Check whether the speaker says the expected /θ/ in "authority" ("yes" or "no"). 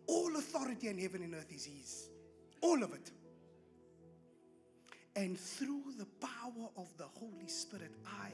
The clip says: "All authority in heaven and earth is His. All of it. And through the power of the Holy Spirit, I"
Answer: yes